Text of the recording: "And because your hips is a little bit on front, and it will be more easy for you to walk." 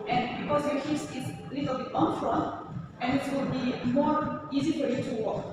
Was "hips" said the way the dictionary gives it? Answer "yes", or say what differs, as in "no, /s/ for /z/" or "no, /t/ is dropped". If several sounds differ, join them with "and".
no, /p/ is dropped